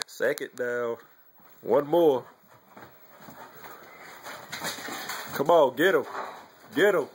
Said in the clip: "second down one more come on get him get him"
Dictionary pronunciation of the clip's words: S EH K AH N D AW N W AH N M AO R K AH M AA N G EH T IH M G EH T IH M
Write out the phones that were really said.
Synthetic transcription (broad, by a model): S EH K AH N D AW L W AH N M AO R K AH M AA G EH T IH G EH T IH